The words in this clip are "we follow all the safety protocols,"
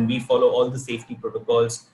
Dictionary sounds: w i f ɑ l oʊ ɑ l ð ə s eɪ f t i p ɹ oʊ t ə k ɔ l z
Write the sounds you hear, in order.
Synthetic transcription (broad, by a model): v i f ɑ l oʊ ɑ l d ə s eɪ f t i p ɹ oʊ t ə k ɔ l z